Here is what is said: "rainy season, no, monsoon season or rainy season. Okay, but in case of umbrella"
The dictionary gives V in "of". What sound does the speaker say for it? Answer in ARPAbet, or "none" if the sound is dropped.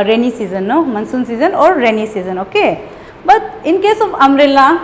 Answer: P